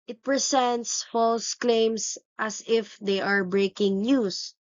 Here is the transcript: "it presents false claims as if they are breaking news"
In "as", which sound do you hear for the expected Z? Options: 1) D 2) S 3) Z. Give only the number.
2